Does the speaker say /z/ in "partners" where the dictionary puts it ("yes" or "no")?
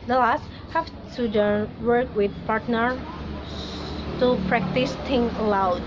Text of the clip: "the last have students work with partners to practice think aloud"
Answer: no